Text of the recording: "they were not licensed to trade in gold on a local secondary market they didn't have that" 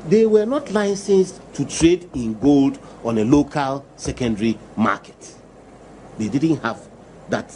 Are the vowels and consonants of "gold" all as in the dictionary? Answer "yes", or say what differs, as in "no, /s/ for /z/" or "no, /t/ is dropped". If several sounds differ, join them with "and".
yes